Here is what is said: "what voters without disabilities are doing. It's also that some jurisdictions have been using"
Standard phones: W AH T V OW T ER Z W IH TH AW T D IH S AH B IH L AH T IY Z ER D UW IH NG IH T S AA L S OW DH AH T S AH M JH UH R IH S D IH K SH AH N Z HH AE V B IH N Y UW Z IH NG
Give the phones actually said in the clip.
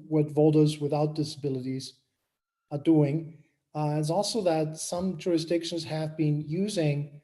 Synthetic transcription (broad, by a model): W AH T V OW T ER Z W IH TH AW T D IH S AH B IH L AH T IY Z ER D UW IH NG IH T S AA L S OW DH AH T S AH M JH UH R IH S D IH K SH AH N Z HH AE V B IH N Y UW Z IH NG